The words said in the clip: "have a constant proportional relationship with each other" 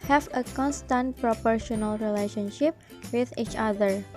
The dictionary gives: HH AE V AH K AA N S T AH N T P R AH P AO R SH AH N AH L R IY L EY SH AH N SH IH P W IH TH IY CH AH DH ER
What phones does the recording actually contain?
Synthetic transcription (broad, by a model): HH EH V AH K AA N S T AH N T P R AH P AO R SH AH N AH L R IY L EY SH AH N SH IH P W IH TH IY CH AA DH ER